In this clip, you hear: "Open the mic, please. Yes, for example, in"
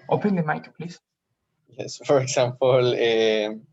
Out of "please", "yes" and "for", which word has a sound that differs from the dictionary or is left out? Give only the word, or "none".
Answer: please